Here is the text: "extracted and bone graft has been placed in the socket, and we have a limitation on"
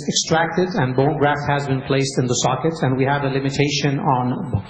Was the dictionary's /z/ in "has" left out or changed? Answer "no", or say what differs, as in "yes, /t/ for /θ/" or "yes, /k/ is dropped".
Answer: no